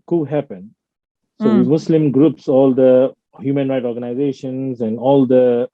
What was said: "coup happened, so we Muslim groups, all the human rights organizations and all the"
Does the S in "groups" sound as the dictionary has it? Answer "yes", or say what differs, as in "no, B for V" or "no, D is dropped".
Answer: yes